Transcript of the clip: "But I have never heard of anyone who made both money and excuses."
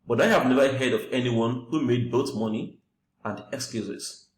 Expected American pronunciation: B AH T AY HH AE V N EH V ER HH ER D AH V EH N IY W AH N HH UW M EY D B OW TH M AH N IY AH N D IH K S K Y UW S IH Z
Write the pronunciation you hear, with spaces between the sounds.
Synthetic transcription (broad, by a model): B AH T AY HH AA V N EH V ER HH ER D AH V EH N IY W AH N HH UW M EY D B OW T M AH N IY AH N D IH K S K Y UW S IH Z